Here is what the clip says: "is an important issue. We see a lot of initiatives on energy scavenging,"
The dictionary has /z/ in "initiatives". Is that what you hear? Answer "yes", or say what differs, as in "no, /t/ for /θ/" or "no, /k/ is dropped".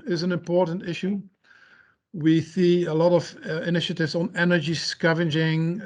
yes